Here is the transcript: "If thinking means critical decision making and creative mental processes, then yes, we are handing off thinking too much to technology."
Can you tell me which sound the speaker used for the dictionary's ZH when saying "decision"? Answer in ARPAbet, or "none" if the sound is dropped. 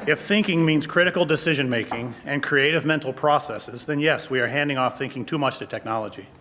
ZH